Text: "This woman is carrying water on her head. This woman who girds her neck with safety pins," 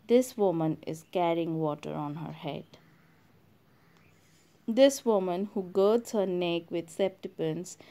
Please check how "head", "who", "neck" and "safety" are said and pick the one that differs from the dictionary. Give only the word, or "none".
safety